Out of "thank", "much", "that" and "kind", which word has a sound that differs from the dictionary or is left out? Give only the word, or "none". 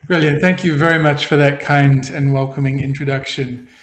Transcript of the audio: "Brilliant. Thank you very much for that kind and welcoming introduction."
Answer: none